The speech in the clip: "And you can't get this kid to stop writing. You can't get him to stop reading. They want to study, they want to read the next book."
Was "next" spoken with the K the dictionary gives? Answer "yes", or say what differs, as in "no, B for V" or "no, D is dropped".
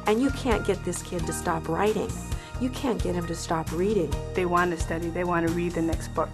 yes